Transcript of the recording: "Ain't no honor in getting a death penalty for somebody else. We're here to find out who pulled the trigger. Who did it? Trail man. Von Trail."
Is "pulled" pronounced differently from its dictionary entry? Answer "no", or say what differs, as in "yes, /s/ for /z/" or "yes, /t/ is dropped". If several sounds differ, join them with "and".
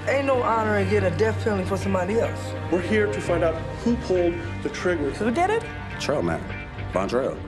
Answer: no